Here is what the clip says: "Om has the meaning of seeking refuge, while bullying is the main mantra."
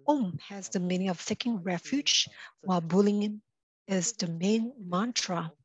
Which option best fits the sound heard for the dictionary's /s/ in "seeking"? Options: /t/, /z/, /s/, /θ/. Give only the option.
/θ/